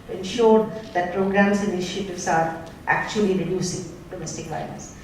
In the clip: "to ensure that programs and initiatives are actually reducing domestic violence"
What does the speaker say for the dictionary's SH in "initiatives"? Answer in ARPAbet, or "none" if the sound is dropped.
none